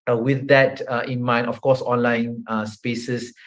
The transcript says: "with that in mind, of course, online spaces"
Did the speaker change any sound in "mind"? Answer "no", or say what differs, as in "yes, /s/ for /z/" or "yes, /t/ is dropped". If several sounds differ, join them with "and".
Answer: yes, /d/ is dropped